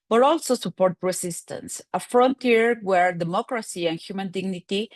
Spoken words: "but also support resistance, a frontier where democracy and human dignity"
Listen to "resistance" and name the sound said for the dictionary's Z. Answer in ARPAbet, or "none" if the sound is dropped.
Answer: S